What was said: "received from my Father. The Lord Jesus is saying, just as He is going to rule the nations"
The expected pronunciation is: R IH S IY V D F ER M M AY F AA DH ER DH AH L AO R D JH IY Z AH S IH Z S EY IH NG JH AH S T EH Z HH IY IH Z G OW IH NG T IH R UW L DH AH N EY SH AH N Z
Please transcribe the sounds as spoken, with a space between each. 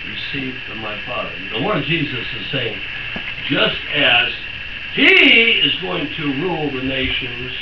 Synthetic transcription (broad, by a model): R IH S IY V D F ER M M AY F AA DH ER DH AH W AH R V JH IY Z AH S IH Z S EY IH NG JH AH S T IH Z HH IY IH Z G OW IH NG T IH R UW L DH AH N EY SH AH N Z